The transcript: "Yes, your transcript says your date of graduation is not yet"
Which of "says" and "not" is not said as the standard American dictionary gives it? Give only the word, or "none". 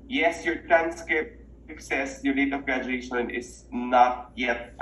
says